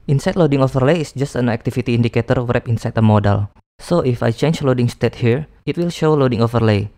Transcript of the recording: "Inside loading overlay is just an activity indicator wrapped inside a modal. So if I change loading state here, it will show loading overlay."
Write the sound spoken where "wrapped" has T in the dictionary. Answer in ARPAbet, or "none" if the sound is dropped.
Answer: none